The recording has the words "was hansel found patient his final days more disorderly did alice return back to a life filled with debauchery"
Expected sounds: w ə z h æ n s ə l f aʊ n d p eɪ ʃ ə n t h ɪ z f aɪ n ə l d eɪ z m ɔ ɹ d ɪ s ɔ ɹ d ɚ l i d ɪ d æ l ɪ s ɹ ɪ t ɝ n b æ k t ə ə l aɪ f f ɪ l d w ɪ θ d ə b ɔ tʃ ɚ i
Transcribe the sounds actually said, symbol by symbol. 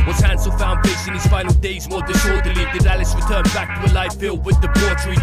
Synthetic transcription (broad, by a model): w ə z h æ n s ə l f aʊ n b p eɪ s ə n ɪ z f aɪ n l d eɪ z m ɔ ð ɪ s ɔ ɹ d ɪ l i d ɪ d æ l ɪ s ɹ ɪ t ɝ n b æ k t ə ə l aɪ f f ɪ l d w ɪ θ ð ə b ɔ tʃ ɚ